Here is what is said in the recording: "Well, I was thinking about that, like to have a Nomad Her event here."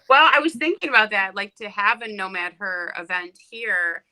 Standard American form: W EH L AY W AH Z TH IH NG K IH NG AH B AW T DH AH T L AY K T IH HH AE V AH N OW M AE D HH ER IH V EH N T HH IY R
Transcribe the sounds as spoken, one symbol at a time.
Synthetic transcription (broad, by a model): W EH L AY W AH Z TH IH NG K IH NG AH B AW T DH AH T L AY K T IH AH V AH N OW M AE D HH ER IH V EH N T HH IY R